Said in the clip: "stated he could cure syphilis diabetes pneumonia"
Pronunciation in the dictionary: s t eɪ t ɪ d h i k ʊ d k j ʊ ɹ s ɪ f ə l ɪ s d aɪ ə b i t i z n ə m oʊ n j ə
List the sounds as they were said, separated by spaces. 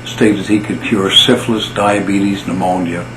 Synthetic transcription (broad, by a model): s t eɪ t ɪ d h i k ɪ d k j ʊ ɹ s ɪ f l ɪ s d aɪ ə b i t i z n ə m oʊ n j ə